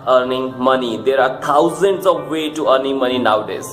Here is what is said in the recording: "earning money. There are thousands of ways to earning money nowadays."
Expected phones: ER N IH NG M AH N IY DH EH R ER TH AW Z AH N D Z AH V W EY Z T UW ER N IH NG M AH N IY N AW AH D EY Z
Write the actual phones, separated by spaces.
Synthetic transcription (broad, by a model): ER N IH NG M AH N IY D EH R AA T AW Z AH N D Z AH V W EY T UW ER N IH NG M AH N IY N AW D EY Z